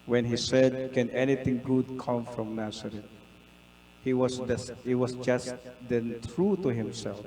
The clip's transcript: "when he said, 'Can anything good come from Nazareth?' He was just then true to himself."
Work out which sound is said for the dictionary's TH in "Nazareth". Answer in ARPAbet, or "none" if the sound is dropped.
S